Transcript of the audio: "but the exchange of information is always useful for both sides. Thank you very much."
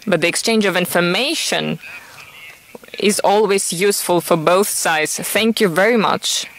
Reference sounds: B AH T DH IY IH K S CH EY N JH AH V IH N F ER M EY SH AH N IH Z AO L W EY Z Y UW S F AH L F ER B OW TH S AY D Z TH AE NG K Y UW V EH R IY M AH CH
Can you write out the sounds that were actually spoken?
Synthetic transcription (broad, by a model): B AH T DH IY IH K S CH EY N JH AH V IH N F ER M EY SH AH N IH Z AO L W EY Z Y UW S F AH L F ER B OW TH S AY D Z TH AE NG K Y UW V EH R IY M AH CH